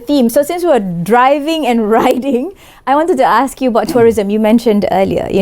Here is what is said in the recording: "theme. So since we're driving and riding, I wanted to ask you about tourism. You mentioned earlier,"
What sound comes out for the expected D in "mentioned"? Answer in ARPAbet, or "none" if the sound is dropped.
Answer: D